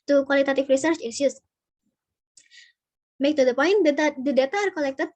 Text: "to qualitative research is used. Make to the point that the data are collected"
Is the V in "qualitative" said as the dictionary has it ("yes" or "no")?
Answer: no